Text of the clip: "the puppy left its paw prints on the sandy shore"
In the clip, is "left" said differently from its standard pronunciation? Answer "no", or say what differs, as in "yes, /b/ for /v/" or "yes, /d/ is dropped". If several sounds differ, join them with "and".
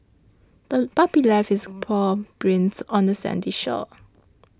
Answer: yes, /t/ is dropped